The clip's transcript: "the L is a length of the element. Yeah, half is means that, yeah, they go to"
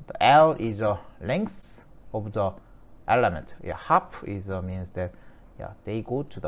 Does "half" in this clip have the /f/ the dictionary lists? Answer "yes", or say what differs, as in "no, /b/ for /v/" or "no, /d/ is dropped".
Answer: no, /p/ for /f/